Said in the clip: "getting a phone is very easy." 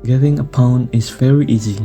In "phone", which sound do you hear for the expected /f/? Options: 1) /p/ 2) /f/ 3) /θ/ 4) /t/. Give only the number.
1